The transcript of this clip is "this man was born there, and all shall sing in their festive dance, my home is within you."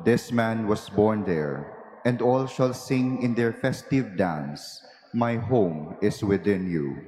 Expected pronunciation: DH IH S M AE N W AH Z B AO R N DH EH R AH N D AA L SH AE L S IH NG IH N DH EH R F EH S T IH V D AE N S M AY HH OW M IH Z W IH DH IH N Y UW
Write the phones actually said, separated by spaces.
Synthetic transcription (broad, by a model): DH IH S M AE N W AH S B AO R N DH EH R AH N D AA L SH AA L S IH NG IH N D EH R F EH S T IH V D AE N S M AY HH OW M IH S W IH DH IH N Y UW